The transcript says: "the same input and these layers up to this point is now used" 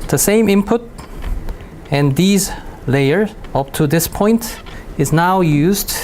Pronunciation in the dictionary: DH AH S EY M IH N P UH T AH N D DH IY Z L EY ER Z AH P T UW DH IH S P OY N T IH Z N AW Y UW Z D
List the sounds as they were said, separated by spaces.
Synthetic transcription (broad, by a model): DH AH S EY M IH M P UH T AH N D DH IY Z L EY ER AH P T UW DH IH S P OY N T IH Z N AW Y UW Z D